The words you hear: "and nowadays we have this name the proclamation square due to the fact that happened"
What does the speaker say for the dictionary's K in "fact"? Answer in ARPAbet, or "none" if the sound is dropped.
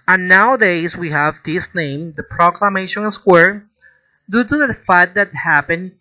none